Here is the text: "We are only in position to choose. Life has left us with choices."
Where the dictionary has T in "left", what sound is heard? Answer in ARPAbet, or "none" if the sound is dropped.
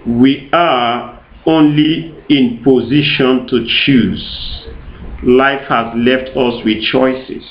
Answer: T